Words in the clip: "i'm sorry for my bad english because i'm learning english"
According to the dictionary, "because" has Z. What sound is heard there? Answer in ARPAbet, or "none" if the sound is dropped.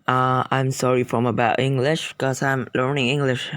none